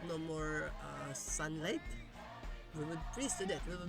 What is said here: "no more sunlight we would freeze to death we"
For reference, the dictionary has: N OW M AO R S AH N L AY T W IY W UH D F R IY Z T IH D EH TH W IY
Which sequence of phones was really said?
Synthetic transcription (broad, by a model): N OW M AO R S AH N L AY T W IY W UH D P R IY S T IH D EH T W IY